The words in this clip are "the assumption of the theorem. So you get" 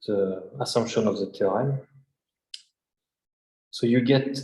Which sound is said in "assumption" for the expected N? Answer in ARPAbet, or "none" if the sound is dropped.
N